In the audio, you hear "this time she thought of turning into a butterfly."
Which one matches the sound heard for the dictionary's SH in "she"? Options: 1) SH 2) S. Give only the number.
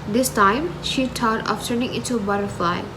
1